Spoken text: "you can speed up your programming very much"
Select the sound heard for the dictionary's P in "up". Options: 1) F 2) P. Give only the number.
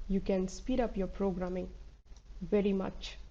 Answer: 2